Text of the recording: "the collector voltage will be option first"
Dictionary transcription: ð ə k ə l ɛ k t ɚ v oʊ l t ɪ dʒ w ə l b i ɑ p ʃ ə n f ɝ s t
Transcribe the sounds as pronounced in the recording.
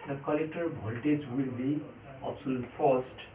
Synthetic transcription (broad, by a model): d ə k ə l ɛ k t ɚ b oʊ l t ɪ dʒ w ə l b i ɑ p s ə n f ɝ s t